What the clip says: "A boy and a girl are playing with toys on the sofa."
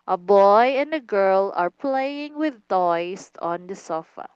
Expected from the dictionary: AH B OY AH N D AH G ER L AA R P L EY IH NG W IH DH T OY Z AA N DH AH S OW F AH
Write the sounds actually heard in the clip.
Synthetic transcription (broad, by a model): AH B OY AH N D AH G ER L AA R P L EY IH NG W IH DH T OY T AA N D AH S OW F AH